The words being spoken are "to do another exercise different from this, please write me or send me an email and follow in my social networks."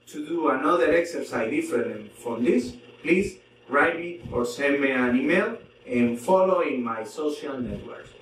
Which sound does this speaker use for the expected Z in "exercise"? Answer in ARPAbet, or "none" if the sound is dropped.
none